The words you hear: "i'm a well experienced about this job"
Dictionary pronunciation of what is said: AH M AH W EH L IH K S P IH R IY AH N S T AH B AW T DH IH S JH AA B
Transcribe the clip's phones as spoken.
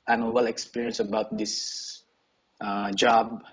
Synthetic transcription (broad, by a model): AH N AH W EH L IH K S P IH R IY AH N S AH B AW T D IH S JH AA B